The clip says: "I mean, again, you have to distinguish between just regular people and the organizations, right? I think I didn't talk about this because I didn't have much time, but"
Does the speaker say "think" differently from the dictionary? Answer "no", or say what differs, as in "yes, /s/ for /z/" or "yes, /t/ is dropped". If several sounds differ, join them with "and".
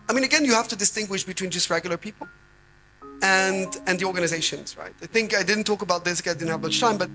no